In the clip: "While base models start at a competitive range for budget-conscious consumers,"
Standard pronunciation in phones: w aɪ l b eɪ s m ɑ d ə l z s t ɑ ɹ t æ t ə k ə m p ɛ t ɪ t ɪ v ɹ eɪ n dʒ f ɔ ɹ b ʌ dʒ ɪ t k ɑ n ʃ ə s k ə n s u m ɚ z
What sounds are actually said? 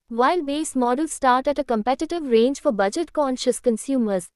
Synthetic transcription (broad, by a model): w aɪ l b eɪ s m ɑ d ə l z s t ɑ ɹ t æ t ə k ə m p ɛ t ɪ t ɪ v ɹ eɪ n dʒ f ɔ ɹ b ʌ dʒ ɪ t k ɑ n ʃ ə s k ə n s u m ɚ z